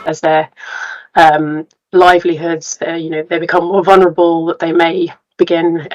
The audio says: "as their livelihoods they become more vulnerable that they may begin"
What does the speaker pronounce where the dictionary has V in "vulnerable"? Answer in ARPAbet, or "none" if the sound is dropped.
V